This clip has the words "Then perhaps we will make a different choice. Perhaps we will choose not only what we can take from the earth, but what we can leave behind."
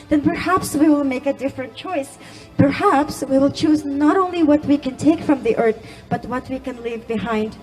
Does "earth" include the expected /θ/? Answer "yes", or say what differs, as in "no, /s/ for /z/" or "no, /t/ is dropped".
yes